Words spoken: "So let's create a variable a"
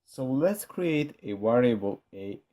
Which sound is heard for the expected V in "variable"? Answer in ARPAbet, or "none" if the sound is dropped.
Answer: W